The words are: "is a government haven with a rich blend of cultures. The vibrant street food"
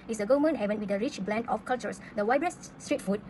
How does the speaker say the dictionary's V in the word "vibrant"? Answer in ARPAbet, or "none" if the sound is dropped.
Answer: W